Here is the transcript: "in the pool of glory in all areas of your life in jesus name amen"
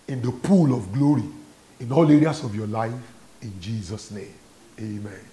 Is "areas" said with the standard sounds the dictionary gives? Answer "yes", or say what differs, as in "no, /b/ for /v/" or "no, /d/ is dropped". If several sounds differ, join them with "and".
no, /s/ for /z/